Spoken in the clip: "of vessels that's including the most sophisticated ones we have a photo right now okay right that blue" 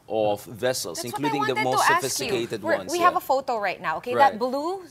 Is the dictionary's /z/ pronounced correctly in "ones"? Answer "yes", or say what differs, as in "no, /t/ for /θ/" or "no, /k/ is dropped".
no, /z/ is dropped